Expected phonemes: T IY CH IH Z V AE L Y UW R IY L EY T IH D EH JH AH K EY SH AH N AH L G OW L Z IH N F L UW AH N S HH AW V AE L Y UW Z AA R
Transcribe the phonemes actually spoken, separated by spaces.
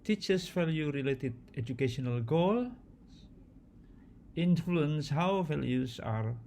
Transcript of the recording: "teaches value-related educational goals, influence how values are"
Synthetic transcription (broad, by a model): T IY CH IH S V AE L Y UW R IY L EY T IH D EH JH AH K EY SH AH N AH L G OW L IH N F L UW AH N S HH AW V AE L Y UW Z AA R